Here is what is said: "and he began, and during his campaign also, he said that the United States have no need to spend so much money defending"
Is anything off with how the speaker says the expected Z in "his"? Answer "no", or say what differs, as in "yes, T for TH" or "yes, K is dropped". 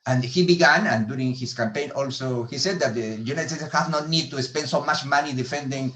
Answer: yes, S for Z